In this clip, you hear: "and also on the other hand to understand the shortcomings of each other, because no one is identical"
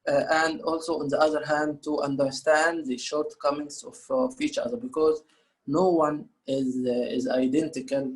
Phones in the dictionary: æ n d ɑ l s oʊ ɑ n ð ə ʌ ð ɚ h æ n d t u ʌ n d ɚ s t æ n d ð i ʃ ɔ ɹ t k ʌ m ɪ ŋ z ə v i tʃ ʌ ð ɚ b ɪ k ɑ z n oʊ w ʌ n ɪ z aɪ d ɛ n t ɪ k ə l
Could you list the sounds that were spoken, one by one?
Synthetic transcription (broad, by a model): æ n d ɑ l s oʊ ɑ n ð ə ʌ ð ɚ h æ n d t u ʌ n d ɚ s t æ n d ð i ʃ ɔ ɹ t k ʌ m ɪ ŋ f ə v i tʃ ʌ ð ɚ b ɪ k ɑ z n oʊ w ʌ n ɪ z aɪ d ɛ n t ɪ k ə l